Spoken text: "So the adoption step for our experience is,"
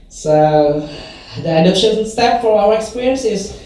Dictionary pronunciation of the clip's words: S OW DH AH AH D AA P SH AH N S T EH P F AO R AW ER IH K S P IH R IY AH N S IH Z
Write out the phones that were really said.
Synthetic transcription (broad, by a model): S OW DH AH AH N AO SH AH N S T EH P F AO R AW ER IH K S P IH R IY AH N S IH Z